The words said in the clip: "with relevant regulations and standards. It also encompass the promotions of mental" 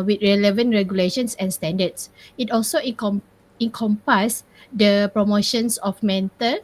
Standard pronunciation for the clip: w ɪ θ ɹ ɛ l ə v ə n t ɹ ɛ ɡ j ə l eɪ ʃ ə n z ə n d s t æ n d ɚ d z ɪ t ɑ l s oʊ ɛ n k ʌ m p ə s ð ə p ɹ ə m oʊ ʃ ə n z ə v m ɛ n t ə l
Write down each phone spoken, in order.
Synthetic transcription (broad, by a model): w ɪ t ɹ ɛ l ə v ə n t ɹ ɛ ɡ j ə l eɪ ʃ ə n s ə n s t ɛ n d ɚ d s ɪ t ɑ l s oʊ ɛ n k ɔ m p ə s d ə p ɹ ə m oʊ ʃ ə n s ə f m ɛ n t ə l